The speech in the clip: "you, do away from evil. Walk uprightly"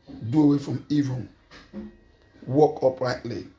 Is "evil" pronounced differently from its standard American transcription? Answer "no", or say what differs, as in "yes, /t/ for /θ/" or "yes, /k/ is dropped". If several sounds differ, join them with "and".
yes, /n/ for /l/